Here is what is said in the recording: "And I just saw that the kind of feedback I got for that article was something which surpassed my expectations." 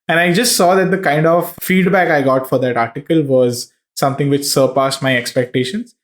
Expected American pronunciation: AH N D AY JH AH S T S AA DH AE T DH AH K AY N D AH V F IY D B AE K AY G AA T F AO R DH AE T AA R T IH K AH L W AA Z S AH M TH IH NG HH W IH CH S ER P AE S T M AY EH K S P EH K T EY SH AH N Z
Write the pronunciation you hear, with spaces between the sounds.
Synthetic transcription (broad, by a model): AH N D AY JH AH S T S AA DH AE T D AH K AY N D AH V F IY D B AE K AY G AA T F AO R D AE T AA R T IH K AH L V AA Z S AH M T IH NG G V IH CH S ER P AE S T M AY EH K S P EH K T EY SH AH N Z